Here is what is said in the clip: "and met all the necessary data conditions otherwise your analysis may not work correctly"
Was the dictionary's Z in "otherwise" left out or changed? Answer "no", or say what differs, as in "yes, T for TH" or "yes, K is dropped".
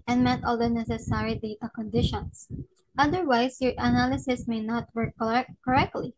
yes, S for Z